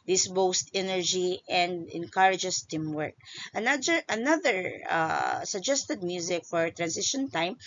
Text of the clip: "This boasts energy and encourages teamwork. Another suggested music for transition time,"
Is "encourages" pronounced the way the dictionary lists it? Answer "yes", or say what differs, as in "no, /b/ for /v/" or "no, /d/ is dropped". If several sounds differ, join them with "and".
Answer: no, /s/ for /z/